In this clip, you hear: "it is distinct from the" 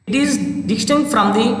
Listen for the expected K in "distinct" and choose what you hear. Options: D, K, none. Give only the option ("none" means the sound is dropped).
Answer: none